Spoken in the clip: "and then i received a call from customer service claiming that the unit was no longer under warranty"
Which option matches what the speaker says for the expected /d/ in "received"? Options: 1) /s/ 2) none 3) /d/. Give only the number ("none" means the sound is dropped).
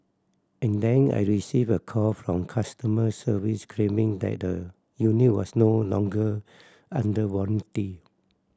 2